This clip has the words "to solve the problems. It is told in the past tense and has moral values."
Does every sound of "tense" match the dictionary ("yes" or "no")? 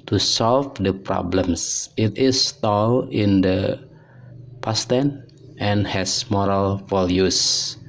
no